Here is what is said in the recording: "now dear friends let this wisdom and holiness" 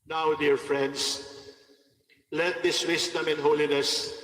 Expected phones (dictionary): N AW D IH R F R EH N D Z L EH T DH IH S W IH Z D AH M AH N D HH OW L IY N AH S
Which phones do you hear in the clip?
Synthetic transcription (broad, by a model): N AW D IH R F R EH N D S L EH T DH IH S W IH S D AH M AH N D HH OW L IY N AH S